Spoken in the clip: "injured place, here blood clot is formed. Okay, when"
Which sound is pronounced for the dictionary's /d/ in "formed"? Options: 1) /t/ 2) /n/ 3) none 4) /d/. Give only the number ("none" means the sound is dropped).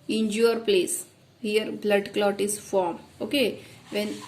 3